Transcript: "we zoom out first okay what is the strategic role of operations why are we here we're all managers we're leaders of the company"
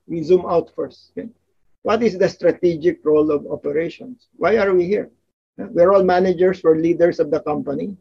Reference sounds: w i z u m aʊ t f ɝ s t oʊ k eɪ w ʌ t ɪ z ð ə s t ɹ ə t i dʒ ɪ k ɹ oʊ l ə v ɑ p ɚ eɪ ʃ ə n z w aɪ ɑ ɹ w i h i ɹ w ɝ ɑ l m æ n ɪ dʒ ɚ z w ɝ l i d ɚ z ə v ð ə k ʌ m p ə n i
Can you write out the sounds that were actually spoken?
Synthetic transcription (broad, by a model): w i z u m aʊ t f ɝ s t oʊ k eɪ w ʌ t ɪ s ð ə s t ɹ ə t i dʒ ɪ k ɹ oʊ l ə v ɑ p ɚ eɪ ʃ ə n s w aɪ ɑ ɹ w i h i ɹ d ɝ ɑ l m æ n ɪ dʒ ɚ s w ɝ l i d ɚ s ə v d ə k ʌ m p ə n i